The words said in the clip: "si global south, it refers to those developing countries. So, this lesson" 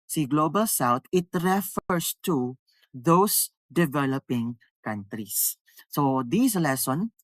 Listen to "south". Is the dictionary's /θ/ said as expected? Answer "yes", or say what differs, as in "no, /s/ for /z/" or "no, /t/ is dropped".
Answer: no, /t/ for /θ/